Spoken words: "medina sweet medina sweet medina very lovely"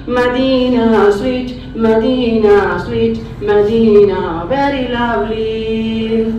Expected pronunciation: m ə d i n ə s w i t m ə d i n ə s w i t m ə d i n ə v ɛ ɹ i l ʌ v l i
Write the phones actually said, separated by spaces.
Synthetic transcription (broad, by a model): m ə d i n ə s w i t m ə d i n ə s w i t m ə d i n ə b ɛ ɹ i l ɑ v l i